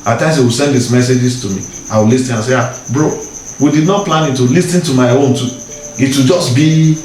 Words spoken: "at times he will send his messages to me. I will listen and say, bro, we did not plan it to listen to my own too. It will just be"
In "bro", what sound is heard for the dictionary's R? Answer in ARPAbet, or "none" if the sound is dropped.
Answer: R